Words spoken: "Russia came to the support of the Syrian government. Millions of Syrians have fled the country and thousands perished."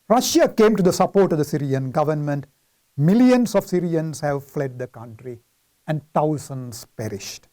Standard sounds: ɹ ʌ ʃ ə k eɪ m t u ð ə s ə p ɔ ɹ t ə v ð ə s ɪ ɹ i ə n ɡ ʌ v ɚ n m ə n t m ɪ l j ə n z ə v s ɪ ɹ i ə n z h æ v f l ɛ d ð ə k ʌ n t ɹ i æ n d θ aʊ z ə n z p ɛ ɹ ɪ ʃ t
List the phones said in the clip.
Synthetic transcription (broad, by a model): ɹ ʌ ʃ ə k eɪ m t u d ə s ə p ɔ ɹ t ə v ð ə s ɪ ɹ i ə n ɡ ʌ v ɚ n m ə n t m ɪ l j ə n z ə v s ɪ ɹ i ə n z h æ v f l ɛ d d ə k ʌ n t ɹ i æ n d t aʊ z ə n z p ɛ ɹ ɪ ʃ t